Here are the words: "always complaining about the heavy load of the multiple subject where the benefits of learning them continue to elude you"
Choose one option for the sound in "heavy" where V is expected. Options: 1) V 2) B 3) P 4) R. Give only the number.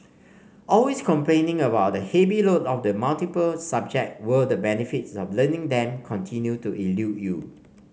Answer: 2